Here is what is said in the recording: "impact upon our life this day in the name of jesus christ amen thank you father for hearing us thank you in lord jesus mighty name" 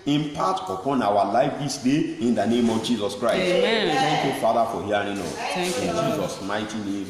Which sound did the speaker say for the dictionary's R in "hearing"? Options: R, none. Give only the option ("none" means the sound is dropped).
none